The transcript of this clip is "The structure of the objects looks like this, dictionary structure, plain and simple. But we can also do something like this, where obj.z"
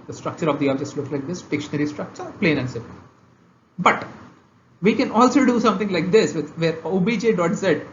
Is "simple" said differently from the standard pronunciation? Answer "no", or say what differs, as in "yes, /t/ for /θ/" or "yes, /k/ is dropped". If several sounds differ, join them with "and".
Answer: yes, /m/ is dropped